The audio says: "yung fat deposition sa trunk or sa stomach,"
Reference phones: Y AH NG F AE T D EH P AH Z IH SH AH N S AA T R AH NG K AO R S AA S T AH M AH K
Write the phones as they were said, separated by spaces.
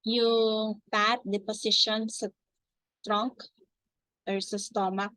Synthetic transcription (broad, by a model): Y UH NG P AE T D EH P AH S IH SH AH N S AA T R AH NG K AO R S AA S T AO M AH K